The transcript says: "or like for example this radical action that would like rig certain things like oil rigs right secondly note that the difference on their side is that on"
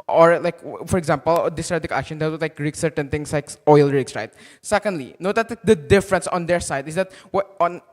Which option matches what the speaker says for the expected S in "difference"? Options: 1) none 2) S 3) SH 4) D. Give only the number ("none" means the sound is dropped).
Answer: 2